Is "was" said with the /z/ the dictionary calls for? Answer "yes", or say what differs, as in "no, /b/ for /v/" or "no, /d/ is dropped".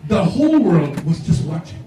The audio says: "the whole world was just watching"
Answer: yes